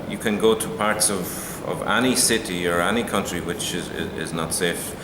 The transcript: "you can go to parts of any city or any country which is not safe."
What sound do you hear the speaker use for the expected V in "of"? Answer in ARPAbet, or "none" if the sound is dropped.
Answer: V